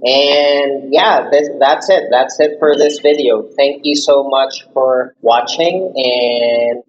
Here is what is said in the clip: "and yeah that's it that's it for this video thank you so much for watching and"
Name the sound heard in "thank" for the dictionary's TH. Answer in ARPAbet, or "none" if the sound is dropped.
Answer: TH